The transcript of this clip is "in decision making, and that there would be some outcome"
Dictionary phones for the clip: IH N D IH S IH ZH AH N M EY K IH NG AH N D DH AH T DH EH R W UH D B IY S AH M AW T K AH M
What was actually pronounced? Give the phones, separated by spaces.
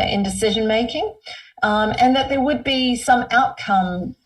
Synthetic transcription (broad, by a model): IH N D IH S IH ZH AH N M EY K IH NG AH N DH AH T DH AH R W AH D B IY S AH M AW T K AH M